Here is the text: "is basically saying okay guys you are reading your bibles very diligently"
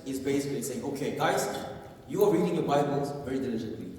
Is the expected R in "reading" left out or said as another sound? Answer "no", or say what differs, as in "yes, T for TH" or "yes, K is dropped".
no